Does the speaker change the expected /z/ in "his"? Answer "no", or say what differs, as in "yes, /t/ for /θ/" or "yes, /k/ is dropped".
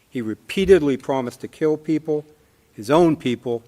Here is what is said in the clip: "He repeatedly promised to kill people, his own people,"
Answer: no